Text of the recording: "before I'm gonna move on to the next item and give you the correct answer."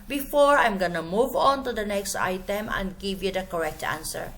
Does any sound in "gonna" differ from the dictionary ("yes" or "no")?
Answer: no